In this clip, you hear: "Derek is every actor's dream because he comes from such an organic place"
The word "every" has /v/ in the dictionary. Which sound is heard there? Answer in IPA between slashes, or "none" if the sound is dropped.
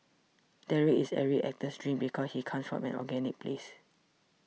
none